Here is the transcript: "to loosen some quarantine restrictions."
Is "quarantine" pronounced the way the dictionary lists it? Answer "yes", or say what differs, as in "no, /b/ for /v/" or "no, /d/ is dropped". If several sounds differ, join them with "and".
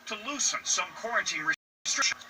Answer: yes